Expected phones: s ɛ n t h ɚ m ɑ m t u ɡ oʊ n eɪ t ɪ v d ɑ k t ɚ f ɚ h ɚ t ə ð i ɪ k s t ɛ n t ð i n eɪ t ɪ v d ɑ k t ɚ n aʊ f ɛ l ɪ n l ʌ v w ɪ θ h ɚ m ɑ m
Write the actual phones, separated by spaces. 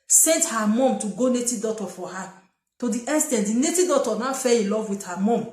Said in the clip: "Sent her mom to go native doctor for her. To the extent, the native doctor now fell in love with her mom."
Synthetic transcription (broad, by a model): s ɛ n t h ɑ m ɑ m t u ɡ oʊ n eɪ t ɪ d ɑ t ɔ f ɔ h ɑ t ə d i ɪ s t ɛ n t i n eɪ t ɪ d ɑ t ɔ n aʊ f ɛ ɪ l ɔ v w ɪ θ h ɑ m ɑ m